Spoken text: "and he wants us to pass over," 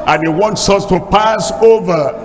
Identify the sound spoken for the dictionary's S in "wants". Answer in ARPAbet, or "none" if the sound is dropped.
S